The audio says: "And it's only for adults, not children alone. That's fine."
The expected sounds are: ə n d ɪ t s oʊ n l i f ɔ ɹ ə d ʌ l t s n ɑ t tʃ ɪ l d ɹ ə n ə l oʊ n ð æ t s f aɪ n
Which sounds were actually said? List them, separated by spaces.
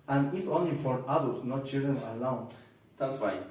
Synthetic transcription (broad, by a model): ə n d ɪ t oʊ n l i f ɔ ɹ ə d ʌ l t n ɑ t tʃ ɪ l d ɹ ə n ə l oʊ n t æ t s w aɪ